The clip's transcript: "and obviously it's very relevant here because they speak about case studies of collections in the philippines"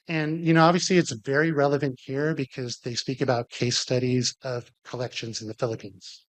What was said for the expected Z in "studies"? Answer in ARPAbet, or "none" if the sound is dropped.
Z